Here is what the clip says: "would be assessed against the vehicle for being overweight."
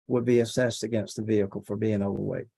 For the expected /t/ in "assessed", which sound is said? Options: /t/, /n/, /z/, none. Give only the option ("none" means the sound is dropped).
/t/